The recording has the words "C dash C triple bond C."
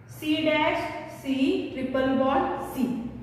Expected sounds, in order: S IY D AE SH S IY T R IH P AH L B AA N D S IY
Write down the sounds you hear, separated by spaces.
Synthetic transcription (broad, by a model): S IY D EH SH S IY T R IH P AH L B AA D S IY